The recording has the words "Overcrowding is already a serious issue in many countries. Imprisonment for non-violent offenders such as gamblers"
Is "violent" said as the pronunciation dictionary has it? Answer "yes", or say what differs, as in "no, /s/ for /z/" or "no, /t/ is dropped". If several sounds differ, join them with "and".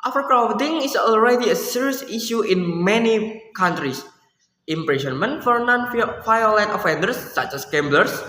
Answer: no, /f/ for /v/